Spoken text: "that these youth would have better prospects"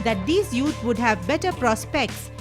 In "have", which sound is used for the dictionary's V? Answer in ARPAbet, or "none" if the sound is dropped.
V